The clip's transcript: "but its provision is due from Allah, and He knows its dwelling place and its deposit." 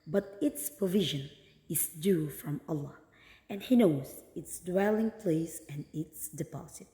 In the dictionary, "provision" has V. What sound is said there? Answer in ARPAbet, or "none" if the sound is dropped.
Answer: V